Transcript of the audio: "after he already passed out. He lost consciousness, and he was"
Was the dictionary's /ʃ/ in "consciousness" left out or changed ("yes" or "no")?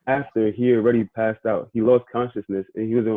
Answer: no